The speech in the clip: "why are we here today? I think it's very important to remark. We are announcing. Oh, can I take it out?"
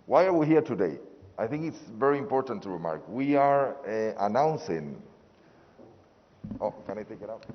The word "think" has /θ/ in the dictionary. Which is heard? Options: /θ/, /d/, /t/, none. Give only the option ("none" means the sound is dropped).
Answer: /θ/